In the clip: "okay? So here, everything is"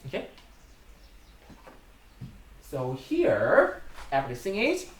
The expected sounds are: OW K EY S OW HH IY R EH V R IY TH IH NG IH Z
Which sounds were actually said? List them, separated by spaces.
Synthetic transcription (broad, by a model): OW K EY S OW HH IY R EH P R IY S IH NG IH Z